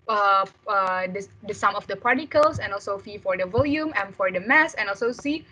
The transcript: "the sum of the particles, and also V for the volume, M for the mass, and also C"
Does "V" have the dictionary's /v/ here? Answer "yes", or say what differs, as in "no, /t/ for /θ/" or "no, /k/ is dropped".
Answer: no, /f/ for /v/